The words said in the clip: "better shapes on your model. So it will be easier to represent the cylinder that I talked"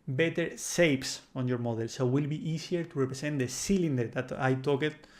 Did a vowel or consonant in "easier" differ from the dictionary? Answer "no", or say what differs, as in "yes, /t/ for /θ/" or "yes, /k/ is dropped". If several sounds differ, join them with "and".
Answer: yes, /s/ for /z/